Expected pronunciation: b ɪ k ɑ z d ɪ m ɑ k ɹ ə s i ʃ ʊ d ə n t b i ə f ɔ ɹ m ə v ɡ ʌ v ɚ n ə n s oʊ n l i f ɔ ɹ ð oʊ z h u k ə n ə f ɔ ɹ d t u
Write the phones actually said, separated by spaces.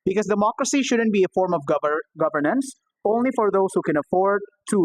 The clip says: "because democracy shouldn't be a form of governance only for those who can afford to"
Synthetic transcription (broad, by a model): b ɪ k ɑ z d ɪ m ɑ k ɹ ə s i ʃ ʊ d ə n t b i ə f ɔ ɹ m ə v ɡ ʌ v ɚ n ə n s oʊ n l i f ɔ ɹ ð oʊ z h u k ə n ə f ɔ ɹ d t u